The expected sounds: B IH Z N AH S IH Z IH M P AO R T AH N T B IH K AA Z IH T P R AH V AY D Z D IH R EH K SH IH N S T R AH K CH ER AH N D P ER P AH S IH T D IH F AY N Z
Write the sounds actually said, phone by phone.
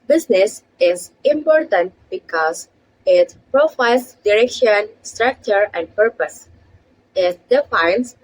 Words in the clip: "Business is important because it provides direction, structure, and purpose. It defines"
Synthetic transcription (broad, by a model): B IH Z N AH S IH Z IH M P AO R T AH N T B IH K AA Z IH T P R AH F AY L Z D IH R EH K SH IH N S T R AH K CH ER AH N D P ER P AH S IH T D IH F AY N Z